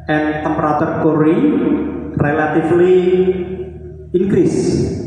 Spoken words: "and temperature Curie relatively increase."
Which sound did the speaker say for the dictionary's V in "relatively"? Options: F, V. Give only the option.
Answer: F